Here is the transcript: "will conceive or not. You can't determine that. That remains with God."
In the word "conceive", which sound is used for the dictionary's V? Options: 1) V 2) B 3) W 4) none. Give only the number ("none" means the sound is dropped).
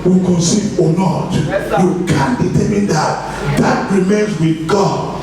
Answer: 4